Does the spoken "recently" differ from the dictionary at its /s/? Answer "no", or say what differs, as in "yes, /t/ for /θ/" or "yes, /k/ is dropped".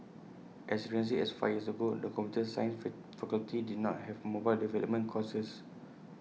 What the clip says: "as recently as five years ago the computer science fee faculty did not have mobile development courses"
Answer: yes, /s/ is dropped